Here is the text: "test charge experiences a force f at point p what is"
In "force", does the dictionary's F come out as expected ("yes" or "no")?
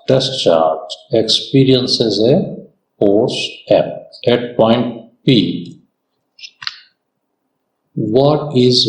no